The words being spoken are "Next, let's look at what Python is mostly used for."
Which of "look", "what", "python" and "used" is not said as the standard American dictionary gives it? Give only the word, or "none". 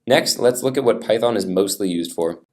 none